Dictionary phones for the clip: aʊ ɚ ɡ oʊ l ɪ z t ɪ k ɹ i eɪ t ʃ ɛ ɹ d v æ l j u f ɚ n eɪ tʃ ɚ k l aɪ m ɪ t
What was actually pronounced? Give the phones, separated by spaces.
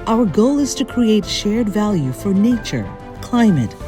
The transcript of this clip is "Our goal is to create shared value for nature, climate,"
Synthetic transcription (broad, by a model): aʊ ɚ ɡ oʊ l ɪ z t ɪ k ɹ i eɪ t ʃ ɛ ɹ d v æ l j u f ɚ n eɪ tʃ ɚ k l aɪ m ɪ t